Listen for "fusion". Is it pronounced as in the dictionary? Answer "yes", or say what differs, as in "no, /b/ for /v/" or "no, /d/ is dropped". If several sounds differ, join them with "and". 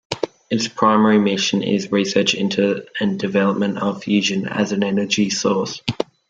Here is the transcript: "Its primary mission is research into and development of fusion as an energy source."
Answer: yes